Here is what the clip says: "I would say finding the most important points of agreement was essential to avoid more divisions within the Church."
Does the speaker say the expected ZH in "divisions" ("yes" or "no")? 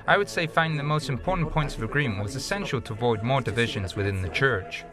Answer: yes